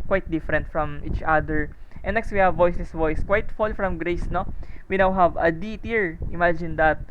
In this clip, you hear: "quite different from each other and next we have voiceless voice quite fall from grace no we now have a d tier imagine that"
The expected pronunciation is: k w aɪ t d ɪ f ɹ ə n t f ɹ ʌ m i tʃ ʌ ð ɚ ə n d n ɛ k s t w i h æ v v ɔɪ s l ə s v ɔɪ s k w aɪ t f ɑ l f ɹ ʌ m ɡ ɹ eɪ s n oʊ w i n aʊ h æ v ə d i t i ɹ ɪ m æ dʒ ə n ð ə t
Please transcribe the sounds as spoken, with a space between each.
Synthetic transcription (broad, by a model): k w aɪ t d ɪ f ɹ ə n t f ɹ ʌ m i tʃ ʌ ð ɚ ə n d n ɛ k s t w i h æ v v ɔɪ s ə s v ɔɪ s k w aɪ t f ɑ l f ɹ ʌ m ɡ ɹ eɪ s n oʊ w i n aʊ h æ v ə d i t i ɹ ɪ m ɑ dʒ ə n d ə t